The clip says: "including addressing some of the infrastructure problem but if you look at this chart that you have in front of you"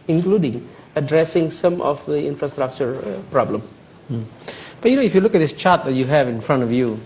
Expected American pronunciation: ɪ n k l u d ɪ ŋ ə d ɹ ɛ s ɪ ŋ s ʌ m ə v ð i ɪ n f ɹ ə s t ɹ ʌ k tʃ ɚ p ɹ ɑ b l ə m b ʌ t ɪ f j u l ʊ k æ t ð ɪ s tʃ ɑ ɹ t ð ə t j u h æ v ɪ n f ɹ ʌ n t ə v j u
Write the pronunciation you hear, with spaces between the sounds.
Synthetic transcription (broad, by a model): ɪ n k l u d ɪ ŋ ə d ɹ ɛ s ɪ ŋ s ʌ m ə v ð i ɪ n f ɹ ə s t ɹ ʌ k tʃ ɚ p ɹ ɑ b l ə m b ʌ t ɪ f j u l ʊ k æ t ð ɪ s tʃ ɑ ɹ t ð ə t j u h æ v ɪ n f ɹ ʌ n t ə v j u